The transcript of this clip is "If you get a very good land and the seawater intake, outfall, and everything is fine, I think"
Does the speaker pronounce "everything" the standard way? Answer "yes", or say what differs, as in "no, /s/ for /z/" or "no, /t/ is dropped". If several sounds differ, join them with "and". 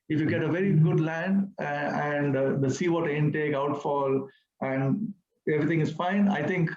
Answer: no, /t/ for /θ/